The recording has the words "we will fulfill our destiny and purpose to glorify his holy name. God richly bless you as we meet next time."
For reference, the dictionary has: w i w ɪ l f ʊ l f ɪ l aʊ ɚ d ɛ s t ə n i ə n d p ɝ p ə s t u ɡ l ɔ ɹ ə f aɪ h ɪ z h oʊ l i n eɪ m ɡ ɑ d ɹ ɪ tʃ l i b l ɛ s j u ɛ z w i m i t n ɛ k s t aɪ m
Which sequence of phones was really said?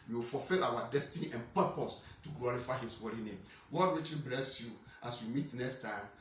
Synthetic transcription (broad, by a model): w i w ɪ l f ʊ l f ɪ l aʊ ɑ d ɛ s t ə n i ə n p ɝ p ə s t u ɡ l ɔ ɹ ə f aɪ h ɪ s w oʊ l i n eɪ m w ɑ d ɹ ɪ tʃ i b l ɛ s j u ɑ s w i m i t n ɛ k s t aɪ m